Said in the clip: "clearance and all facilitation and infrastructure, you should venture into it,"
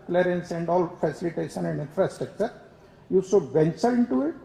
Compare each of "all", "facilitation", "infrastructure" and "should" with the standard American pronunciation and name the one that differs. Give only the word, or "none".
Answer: should